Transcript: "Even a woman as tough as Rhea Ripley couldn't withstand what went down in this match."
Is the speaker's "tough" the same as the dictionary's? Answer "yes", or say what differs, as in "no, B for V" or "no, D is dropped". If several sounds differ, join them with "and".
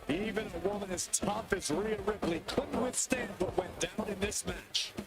no, P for F